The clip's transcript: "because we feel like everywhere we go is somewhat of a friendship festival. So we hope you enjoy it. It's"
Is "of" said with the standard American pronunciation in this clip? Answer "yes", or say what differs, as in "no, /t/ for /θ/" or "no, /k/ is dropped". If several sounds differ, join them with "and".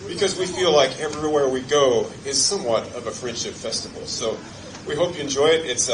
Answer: yes